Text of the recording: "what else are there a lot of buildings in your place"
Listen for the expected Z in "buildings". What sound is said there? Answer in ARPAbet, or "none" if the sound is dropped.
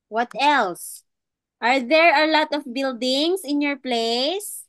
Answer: S